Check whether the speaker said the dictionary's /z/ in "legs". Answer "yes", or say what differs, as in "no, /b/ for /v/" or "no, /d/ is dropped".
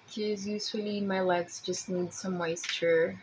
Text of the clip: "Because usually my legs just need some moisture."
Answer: no, /s/ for /z/